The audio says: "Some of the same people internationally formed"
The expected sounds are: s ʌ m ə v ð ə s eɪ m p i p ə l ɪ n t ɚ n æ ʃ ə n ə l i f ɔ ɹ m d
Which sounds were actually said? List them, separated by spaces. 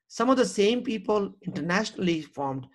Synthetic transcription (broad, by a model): s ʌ m ə v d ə s eɪ m p i p ə l ɪ n t ɚ n æ ʃ ə n ə l i f ɔ ɹ m d